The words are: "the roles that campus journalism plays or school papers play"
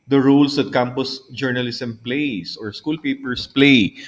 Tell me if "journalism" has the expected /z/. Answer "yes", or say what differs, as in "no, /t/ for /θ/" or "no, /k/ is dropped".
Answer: no, /s/ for /z/